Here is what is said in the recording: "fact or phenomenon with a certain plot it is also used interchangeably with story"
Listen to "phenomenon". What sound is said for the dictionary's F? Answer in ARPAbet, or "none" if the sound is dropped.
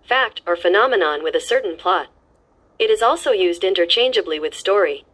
F